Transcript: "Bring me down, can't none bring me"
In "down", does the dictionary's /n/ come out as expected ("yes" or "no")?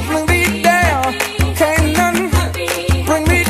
no